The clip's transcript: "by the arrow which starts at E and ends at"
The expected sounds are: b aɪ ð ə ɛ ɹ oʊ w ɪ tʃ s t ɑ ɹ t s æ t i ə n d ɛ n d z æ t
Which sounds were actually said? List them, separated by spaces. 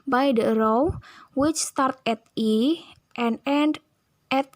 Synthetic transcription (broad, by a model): b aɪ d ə ɹ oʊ w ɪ tʃ s t ɑ ɹ t ɛ t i ə n d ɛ n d ɛ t